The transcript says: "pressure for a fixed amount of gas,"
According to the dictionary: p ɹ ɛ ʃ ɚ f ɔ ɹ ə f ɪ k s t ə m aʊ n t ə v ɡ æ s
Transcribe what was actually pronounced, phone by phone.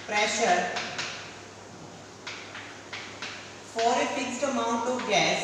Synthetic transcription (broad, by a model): p ɹ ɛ ʃ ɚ f ɔ ɹ ə f ɪ k s t ə m aʊ n t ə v ɡ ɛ s